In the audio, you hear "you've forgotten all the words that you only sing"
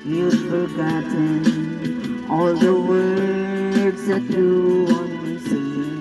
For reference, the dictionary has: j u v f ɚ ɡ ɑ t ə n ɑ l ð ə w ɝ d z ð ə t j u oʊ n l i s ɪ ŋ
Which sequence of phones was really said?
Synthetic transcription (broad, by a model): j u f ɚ ɡ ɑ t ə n ɑ l ð ə w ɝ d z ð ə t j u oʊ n i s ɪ